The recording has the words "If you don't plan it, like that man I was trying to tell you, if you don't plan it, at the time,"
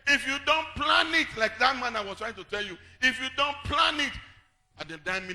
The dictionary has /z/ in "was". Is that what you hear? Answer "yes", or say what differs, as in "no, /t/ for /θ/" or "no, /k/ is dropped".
no, /s/ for /z/